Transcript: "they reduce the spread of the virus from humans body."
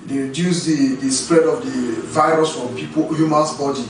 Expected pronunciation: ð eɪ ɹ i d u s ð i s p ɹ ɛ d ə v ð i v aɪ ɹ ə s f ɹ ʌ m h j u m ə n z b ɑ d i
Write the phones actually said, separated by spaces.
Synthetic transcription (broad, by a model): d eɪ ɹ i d u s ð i s p ɹ ɛ d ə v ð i v aɪ ɹ ə s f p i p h j u m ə n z b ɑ d i